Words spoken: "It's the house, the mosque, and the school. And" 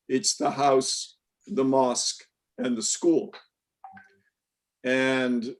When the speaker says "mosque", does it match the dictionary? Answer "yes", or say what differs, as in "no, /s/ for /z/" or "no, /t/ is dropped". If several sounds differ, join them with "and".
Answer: yes